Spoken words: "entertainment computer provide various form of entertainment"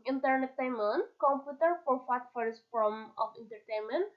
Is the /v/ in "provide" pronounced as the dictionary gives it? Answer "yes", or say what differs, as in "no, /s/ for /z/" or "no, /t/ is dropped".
no, /f/ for /v/